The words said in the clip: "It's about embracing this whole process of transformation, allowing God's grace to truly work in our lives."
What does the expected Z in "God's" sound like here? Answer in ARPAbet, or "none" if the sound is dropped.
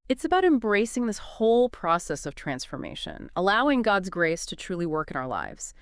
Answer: Z